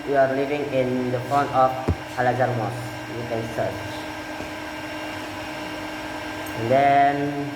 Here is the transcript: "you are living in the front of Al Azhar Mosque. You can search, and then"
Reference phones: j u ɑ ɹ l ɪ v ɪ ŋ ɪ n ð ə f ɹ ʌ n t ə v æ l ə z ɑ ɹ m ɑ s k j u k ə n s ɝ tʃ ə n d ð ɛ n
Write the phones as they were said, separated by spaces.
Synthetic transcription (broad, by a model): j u ɑ ɹ l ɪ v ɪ ŋ ɪ n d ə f ɔ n ə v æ l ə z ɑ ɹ m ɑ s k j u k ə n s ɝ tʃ ə n d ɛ n